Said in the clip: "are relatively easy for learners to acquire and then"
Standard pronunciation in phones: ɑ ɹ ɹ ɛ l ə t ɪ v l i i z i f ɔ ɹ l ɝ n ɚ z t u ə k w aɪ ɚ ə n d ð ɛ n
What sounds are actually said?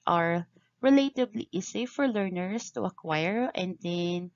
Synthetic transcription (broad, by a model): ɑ ɹ ɹ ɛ l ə t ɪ b l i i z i f ɔ ɹ l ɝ n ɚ s t u ə k w aɪ ɚ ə n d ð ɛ n